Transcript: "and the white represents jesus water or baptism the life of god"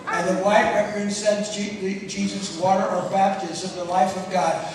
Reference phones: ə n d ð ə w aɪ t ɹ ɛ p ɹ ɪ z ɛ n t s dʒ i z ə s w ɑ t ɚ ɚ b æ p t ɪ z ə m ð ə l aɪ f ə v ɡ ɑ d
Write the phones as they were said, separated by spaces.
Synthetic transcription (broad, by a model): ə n ð ə w aɪ t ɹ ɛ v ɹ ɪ s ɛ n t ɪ dʒ i z ə s w ɑ t ɚ ɚ b æ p t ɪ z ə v ð ə l aɪ f ə v ɡ ɑ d